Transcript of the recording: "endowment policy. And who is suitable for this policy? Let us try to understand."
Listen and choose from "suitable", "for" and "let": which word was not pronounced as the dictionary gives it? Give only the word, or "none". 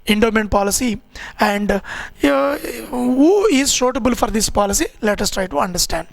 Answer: suitable